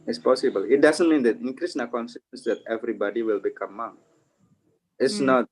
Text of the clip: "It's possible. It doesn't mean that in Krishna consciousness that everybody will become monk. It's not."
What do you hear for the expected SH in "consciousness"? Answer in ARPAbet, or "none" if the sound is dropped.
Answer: S